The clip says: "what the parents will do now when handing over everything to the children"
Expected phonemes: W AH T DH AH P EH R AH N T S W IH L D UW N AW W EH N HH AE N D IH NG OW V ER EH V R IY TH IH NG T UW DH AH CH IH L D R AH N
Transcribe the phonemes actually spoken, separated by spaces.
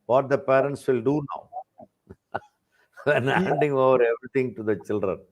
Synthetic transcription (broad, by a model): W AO T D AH P EH R AH N T S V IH L D UW N AW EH N HH AE N D IH NG OW V ER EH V R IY T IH NG T UW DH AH CH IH L D R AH N